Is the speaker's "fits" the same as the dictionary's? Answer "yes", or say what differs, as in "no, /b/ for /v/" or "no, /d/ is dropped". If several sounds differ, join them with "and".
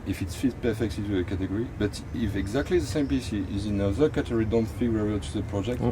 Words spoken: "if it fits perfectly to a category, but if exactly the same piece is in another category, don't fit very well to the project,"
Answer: no, /s/ is dropped